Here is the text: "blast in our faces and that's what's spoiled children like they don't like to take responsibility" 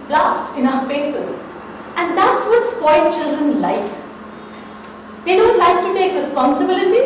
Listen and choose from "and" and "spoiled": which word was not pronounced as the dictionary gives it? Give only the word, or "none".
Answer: spoiled